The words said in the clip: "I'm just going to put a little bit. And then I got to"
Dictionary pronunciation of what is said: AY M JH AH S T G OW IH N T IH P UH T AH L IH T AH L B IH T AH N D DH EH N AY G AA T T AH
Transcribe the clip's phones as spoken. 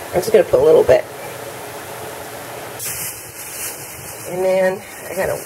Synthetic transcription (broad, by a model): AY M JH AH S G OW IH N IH P UH T AH L IH T L B IH T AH N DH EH N AY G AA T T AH